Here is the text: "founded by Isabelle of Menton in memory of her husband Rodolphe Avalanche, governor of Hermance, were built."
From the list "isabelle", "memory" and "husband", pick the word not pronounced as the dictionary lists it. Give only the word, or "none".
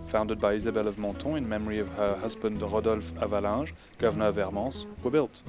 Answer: none